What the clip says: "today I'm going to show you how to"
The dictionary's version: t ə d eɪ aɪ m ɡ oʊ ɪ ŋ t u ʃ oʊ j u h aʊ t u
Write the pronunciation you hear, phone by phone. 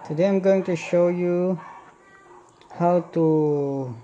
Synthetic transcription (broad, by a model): t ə d eɪ aɪ m ɡ oʊ ɪ ŋ t u ʃ oʊ j u h aʊ t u